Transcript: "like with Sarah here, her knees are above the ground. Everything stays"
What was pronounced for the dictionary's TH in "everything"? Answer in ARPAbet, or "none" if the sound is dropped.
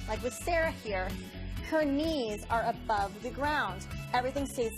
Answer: TH